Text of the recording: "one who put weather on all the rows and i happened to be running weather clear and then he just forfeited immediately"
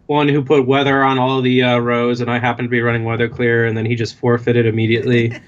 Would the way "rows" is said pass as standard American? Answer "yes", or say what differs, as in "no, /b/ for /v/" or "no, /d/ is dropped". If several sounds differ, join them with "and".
yes